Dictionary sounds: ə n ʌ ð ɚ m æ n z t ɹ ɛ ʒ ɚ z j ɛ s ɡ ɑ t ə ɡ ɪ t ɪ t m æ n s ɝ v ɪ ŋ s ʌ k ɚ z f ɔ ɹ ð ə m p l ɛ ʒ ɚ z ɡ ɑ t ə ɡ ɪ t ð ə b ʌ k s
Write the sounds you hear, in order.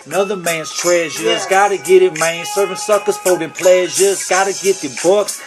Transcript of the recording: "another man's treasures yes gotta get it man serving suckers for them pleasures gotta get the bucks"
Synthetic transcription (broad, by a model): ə n ʌ ð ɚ m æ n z t ɹ ɛ ʒ ɚ z ɡ ɑ t ə ɡ ɪ t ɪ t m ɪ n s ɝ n s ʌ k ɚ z p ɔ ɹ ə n p l ɛ ʒ ɚ z ɡ ɑ t ə ɡ ɪ t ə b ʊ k s